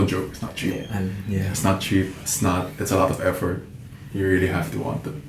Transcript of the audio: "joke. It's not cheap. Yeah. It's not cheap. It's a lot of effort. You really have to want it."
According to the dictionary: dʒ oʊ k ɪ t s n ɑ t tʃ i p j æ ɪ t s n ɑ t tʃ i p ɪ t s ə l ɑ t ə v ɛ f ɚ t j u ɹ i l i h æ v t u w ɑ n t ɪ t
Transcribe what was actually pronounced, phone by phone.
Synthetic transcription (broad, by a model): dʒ oʊ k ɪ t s n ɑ t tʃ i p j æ ɪ t s n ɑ t tʃ i p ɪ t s ə l ɑ t ə v ɛ f ɚ t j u ɹ i l i h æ f t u w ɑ n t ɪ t